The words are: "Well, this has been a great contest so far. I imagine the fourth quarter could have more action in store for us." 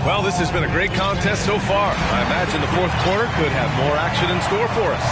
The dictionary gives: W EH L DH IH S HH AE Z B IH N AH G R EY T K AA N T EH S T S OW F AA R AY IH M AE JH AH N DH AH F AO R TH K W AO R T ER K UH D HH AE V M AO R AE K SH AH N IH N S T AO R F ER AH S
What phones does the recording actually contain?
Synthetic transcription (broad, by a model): W EH L DH IH S HH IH Z B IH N AH G R EY T K AA N T EH S T S OW F AA R AY IH M AE JH AH N DH AH F AO R TH K W AO R T ER K UH D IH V M AO R AE K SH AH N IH N S T AO R F ER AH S